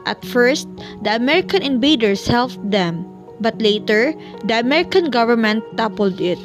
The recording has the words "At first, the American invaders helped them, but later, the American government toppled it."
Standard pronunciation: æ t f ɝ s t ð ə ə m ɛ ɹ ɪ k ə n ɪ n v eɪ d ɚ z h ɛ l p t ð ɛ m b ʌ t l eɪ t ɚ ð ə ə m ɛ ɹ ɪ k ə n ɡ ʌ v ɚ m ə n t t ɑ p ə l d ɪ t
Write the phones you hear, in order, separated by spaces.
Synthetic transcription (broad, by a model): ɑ t f ɝ s t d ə ə m ɛ ɹ ɪ k ə n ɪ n b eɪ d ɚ s h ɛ l f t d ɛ m b ʌ t l eɪ t ɚ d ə ə m ɛ ɹ ɪ k ə n ɡ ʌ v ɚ m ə n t t ɑ p ə l d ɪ t